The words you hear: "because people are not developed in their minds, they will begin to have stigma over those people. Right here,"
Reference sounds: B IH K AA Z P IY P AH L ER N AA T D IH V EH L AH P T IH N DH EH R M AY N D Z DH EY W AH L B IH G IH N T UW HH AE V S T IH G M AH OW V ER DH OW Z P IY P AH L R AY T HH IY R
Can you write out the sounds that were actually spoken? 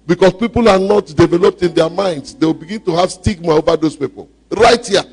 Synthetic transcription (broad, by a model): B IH K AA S P IY P AH L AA N AA T D IH V EH L AH P T IH N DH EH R M AY N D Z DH EY W AH L B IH G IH N T UW HH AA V S T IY G M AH OW V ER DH OW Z P IY P AH L R AY T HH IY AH